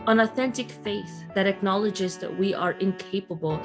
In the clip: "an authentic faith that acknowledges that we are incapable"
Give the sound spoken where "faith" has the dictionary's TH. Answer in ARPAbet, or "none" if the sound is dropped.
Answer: TH